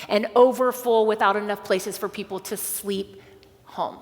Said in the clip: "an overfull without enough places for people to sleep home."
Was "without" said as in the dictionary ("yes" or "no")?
yes